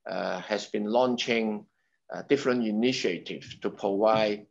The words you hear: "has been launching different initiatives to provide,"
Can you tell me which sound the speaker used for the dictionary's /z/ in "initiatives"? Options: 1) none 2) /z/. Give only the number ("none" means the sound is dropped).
1